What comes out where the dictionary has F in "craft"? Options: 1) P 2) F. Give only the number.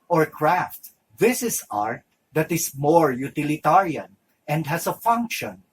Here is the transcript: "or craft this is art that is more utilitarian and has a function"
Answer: 2